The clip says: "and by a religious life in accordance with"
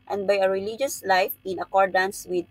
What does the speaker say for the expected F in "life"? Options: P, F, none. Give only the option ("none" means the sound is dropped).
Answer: F